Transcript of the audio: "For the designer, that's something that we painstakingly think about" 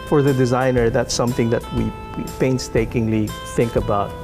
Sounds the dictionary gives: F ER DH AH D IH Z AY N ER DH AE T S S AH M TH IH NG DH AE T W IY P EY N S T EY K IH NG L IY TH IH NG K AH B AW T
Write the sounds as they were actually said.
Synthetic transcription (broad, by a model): F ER DH AH D IH Z AY N ER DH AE T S S AH M TH IH NG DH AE T W IY P EY N S T EY K IH NG L IY TH IH NG K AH B AW T